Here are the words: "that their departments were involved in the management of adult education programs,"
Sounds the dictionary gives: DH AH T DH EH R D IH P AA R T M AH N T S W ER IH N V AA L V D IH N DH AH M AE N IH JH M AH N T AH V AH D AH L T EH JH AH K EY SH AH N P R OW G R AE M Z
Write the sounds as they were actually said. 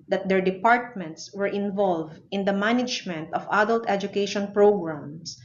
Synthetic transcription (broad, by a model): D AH T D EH R D IH P AA R T M AH N T S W ER IH N V AA L V D IH N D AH M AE N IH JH M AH N T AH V AH D AH L T EH JH AH K EY SH AH N P R OW G R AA M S